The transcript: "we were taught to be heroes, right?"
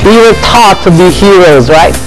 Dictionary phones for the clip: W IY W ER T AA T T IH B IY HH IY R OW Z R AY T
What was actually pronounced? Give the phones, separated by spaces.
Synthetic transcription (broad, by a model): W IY W ER T AA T T IH B IY HH IY R OW Z R AY T